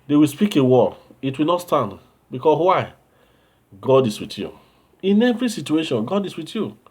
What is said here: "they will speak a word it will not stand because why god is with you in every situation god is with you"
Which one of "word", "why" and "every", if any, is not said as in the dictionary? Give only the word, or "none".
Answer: word